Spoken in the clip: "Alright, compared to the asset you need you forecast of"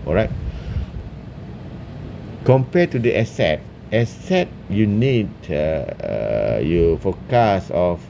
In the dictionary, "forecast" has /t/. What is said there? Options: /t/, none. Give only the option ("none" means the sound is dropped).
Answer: none